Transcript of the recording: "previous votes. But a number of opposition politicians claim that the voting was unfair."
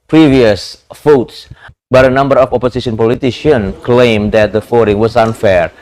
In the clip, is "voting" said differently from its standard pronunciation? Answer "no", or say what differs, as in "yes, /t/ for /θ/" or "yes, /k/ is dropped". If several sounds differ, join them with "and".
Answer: yes, /f/ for /v/